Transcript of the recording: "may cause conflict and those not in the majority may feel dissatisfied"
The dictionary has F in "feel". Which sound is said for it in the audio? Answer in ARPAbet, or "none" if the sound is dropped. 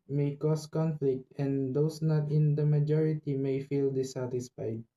F